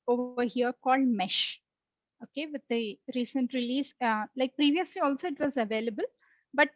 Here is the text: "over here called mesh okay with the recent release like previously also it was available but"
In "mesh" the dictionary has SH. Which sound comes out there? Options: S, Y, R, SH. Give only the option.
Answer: SH